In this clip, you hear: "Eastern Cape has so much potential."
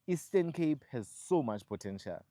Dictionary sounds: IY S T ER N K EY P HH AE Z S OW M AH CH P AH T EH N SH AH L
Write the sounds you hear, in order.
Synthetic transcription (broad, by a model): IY S T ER N K EY P HH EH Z S OW M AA CH P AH T EH N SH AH L